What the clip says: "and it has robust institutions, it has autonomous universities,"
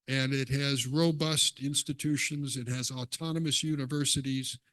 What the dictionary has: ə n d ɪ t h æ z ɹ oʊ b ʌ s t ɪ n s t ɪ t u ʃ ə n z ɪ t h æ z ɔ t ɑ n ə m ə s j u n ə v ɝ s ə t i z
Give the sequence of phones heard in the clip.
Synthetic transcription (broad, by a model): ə n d ɪ t h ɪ z ɹ oʊ b ʌ s t ɪ n s t ɪ t u ʃ ə n z ɪ t h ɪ z ɔ t ɑ n ə m ə s j u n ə v ɝ s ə t i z